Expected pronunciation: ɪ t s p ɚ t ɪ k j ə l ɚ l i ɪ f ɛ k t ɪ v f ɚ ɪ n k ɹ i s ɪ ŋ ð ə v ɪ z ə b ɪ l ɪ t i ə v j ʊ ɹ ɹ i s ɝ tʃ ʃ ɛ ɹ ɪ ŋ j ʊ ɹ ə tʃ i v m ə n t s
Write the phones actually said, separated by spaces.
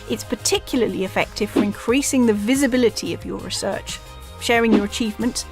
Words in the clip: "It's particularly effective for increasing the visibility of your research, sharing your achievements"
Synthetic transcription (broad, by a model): ɪ t s p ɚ t ɪ k j l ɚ l i ɪ f ɛ k t ɪ v f ɚ ɪ n k ɹ i s ɪ ŋ ð ə v ɪ z ə b ɪ l ɪ t i ə v j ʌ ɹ ɹ i s ɝ tʃ ʃ ɛ ɹ ɪ ŋ j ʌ ɹ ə tʃ i v m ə n t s